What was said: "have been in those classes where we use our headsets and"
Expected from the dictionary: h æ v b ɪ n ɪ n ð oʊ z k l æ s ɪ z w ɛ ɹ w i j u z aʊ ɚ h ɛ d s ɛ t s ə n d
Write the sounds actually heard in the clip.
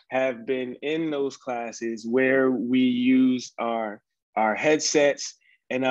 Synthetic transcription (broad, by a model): h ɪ v b ɪ n ɪ n ð oʊ z k l æ s ɪ z w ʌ ɹ w i j u z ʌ ɚ h ɛ d s ɛ t s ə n